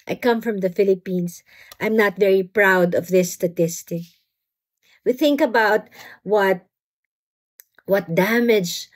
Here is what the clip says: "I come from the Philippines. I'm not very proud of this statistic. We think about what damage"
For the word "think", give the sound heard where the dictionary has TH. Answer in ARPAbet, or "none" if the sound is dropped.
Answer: TH